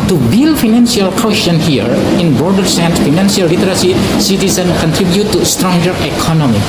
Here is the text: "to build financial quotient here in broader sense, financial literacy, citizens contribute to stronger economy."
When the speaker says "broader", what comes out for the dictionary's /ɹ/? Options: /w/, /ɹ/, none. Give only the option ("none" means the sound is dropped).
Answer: none